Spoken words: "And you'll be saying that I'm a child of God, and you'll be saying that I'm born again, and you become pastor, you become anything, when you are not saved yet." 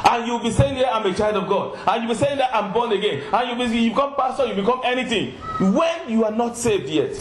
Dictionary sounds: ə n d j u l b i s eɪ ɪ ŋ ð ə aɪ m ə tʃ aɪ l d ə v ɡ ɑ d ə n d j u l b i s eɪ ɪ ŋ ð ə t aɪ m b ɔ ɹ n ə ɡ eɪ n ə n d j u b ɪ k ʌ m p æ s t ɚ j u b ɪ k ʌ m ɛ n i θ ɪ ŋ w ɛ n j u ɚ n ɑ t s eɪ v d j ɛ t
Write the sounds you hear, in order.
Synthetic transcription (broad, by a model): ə n j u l b i s eɪ ɪ ŋ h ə aɪ m ə tʃ aɪ l d ə v ɡ ɑ d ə n j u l b i s eɪ ɪ ŋ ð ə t aɪ m b ɔ n ə ɡ eɪ n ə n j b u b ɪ k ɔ m p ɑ s t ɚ j u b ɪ k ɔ m ɛ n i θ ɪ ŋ w ɛ n j u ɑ n ɑ t s eɪ v d j ɛ t